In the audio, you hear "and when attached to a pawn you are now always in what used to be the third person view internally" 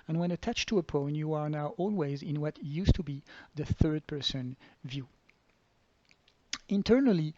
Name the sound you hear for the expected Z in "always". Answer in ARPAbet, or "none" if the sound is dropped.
Z